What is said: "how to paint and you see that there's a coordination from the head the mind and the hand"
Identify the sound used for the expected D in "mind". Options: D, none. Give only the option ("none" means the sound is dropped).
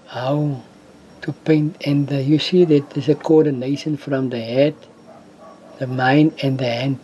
none